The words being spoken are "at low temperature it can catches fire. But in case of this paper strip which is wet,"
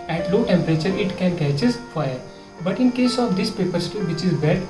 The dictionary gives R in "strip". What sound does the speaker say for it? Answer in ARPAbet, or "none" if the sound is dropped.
none